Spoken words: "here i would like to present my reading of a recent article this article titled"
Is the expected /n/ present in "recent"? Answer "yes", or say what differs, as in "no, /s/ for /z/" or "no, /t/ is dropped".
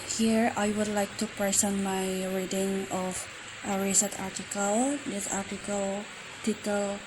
no, /n/ is dropped